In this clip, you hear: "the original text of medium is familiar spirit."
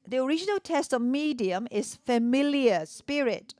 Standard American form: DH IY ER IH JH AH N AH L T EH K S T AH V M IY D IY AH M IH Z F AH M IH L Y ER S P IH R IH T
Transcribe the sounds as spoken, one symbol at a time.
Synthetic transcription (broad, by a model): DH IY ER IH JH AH N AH L T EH S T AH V M IY D IY AH M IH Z F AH M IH L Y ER S P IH R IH T